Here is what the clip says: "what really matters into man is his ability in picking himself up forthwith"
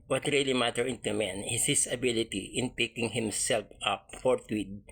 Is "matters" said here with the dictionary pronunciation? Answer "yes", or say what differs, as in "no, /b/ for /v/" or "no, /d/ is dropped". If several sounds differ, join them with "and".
no, /z/ is dropped